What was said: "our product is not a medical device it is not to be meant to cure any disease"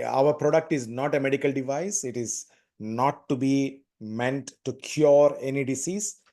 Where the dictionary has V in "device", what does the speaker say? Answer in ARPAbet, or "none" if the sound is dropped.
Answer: V